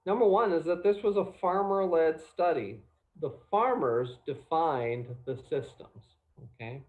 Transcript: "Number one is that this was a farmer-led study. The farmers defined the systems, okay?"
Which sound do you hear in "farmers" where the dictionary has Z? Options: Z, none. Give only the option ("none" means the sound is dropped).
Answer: Z